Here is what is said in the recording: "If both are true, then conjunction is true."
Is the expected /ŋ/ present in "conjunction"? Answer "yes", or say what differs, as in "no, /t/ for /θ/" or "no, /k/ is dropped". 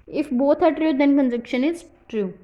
no, /ŋ/ is dropped